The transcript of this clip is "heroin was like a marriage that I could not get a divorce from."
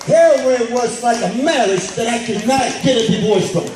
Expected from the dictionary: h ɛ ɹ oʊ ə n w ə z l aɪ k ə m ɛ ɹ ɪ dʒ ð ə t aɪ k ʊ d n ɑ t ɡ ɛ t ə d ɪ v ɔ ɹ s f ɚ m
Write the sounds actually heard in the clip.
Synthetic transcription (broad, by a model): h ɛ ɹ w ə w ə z l aɪ k ə m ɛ l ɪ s ð ə t aɪ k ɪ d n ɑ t ɡ ɛ t ə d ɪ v ɔ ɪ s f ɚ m